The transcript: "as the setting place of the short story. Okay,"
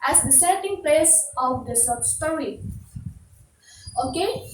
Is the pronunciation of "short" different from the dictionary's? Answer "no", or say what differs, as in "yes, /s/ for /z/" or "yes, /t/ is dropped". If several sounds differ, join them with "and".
yes, /s/ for /ʃ/